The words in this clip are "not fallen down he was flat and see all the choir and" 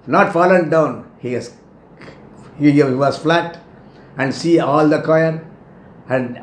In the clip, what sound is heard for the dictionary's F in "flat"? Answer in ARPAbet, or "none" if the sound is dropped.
F